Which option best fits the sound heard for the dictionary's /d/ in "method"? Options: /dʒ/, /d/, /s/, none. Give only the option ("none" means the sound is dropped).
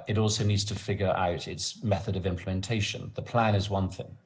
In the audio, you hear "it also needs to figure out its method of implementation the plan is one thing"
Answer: /d/